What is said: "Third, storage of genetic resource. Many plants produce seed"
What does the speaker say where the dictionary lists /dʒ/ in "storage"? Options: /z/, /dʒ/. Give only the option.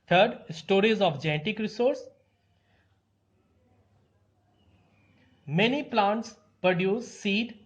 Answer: /z/